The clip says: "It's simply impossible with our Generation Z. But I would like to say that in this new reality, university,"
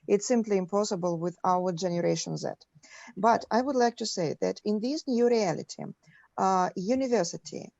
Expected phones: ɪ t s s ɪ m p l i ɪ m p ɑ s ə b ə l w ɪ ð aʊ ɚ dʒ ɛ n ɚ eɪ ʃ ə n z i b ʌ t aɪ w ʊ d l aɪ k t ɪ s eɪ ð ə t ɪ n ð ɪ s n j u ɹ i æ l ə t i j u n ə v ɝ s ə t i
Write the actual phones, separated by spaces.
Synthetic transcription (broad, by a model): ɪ t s s ɪ m p l i ɪ m p ɑ s ə b ə l w ɪ ð aʊ ɚ dʒ ɛ n ɚ eɪ ʃ ə n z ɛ b ʌ t aɪ w ʊ d l aɪ k t ɪ s eɪ ð ə t ɪ n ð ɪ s n j u ɹ i æ l ə t i j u n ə v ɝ s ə t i